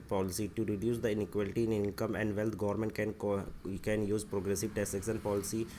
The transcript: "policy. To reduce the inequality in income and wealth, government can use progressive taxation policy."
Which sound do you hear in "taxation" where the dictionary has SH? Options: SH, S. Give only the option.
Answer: S